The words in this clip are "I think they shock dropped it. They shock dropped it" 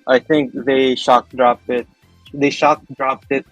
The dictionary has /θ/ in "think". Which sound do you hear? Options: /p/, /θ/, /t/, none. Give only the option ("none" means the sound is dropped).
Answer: /t/